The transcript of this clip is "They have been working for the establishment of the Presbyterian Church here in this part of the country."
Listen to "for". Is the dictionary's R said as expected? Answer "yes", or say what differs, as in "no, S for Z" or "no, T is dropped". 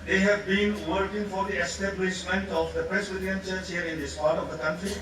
yes